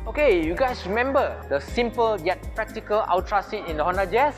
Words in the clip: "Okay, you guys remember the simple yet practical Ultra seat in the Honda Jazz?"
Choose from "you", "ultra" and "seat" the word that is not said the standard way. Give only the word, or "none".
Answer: ultra